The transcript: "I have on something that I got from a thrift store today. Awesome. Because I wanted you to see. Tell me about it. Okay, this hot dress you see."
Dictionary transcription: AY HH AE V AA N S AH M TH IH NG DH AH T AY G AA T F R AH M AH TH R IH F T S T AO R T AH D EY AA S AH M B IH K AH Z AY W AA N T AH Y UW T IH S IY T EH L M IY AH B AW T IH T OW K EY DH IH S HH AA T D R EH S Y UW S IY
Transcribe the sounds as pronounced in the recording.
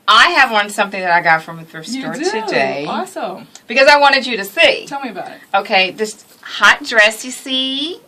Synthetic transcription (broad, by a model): AY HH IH V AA N S AH M TH IH NG DH AH T AY G AA T F R AH M AH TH AH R S T AO R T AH D EY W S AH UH B IH K AH Z AY W AA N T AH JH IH T IH S IY T EH L M IY AH B AW T IH T OW K EY DH IH S HH AA T D R EH S Y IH S IY